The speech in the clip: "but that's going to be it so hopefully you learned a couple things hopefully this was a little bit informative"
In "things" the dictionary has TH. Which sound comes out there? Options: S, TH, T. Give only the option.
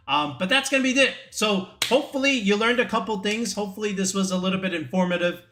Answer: TH